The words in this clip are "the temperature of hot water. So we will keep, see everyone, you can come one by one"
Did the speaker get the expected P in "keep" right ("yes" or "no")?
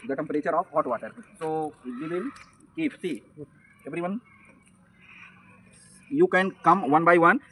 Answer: no